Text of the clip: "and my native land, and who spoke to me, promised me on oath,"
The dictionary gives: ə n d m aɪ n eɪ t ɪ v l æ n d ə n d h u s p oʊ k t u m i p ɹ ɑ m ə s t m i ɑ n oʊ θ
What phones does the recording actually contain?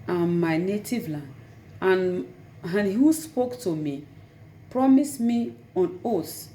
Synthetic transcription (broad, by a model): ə m aɪ n eɪ t ɪ v l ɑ n ə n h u s p oʊ k t u m i p ɹ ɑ m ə s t m i ɑ n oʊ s